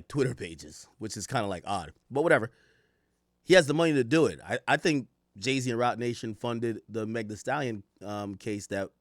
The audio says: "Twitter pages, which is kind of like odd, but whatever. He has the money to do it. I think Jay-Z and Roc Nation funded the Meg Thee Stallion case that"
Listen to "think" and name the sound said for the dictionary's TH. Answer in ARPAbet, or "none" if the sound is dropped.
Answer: TH